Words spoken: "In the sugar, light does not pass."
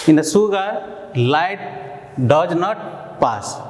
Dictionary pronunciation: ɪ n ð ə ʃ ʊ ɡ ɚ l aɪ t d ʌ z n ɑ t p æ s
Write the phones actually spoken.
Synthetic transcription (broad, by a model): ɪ n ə s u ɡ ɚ l aɪ t d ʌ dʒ n ɑ t p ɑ s